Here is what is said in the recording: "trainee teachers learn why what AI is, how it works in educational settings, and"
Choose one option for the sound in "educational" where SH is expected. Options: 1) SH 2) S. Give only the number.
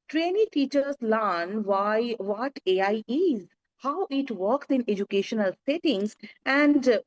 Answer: 1